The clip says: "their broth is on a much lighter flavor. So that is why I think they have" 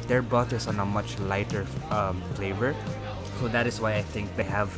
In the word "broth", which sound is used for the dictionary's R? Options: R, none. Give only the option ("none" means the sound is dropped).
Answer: none